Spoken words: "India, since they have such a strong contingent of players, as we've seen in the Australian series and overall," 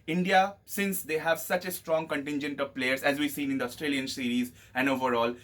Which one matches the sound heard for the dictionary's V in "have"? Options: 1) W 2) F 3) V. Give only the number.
3